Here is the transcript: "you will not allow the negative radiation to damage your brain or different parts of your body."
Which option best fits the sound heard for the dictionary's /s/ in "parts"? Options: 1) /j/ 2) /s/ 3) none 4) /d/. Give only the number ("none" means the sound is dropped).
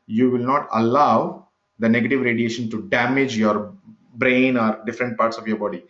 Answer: 2